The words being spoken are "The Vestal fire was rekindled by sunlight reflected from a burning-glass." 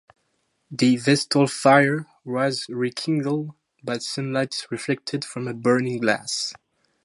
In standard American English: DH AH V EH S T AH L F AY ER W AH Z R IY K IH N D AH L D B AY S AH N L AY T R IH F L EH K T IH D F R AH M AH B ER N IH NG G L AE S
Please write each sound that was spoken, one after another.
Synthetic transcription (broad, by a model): DH AH V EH S T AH L F AY ER W AH Z R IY K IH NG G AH L D B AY S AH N L AY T R IH F L EH K T IH D F R AH M AH B ER N IH NG G L AE S